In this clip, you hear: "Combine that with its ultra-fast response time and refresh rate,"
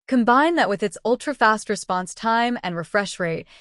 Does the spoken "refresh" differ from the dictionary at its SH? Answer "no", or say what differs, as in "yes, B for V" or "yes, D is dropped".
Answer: no